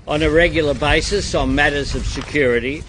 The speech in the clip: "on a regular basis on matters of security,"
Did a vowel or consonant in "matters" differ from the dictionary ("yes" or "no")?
no